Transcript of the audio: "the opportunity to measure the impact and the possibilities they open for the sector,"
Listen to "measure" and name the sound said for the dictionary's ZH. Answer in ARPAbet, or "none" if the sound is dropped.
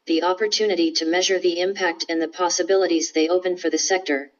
ZH